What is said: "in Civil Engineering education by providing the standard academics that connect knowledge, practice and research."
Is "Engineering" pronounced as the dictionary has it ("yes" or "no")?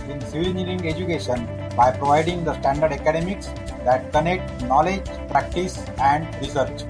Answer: no